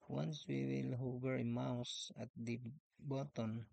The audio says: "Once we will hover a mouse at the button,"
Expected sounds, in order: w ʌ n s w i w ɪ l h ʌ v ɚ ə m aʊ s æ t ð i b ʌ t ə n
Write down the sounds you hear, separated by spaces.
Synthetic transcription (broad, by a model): w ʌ n s w i w ɪ l h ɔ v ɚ ə m aʊ s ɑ t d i b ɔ t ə n